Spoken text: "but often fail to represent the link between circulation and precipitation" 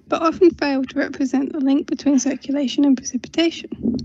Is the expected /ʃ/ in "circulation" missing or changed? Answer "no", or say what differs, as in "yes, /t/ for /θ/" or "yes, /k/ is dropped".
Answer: no